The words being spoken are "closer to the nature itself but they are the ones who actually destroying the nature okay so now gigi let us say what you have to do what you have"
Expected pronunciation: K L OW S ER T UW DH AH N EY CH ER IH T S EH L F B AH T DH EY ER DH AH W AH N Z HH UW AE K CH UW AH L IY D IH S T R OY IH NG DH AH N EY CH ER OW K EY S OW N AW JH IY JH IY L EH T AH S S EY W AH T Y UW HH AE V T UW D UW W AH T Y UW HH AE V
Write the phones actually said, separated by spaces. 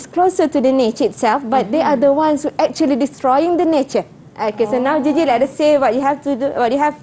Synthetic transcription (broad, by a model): K L OW S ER T UW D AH N EY CH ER IH T S EH L F B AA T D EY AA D AH W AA N S HH UW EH K CH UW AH L IY D IH S T R OY IH NG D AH N EY CH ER OW K EY S OW N AW JH IY JH IY L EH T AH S S EY W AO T Y UW HH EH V T UW D UW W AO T Y UW HH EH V